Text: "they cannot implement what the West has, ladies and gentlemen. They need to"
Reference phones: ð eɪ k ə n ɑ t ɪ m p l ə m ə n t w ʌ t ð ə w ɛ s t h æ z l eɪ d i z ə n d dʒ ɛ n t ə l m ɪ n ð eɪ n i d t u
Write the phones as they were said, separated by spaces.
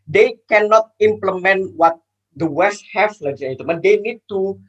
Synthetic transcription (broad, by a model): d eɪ k ə n ɑ t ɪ m p l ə m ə n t w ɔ t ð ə w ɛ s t h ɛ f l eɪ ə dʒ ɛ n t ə m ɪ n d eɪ n i d t u